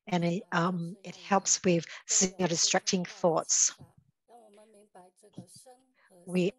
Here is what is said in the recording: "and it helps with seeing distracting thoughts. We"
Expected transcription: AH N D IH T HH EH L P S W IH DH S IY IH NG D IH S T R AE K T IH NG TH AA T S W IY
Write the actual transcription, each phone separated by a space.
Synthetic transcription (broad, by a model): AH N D IH T HH EH L P S W IH DH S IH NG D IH S T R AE K T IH NG TH AA T S W IY